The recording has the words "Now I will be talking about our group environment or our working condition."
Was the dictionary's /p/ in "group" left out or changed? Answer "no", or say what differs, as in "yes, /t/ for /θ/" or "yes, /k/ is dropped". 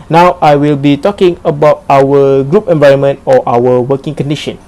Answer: no